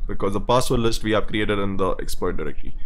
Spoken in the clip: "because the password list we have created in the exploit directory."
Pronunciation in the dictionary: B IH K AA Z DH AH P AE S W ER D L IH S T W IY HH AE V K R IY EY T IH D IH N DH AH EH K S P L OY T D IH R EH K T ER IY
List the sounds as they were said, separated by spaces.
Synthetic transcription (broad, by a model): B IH K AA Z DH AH P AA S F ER L IH S T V IY HH AE V K R IY EY T IH D IH N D AH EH K S P OY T D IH R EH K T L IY